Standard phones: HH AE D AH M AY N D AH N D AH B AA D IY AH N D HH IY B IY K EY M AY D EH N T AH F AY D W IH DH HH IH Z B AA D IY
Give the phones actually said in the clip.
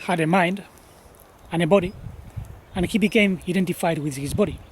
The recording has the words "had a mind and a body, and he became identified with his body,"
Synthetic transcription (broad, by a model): HH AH D AH M AY N D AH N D AH B AA D IY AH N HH IY B IY K EY M AY D EH N T AH F AY D W IH DH HH IH Z B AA D IY